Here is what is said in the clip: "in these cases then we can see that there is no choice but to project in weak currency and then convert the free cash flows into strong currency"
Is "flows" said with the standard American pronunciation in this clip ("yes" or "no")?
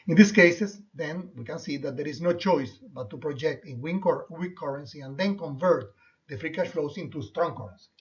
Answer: no